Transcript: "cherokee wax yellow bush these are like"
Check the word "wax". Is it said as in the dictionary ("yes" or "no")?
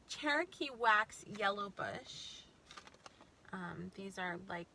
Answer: yes